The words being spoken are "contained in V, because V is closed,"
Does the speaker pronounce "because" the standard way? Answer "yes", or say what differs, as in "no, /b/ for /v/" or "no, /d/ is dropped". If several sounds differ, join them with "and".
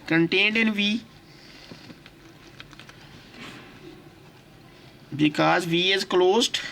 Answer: yes